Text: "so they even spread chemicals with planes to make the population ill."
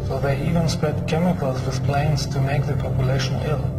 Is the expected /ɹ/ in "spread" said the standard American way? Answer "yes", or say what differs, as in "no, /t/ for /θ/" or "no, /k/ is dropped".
yes